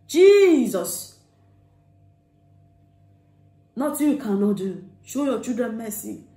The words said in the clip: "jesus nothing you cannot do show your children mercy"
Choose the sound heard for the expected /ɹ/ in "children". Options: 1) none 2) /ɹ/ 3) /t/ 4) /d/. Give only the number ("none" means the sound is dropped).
1